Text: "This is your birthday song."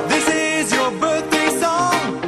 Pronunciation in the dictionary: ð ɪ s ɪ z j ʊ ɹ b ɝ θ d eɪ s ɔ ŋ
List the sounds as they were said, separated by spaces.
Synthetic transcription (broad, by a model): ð ɪ s ɪ z j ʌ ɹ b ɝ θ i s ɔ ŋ